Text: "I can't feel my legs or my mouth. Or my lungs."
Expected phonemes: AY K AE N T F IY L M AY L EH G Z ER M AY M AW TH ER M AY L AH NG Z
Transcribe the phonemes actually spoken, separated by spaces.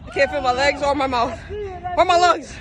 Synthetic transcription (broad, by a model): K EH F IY M AY L EH G Z ER M AY M AW TH ER M AY L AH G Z